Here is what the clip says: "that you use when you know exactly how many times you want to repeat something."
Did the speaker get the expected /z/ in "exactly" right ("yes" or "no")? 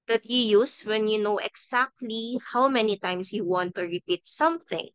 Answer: no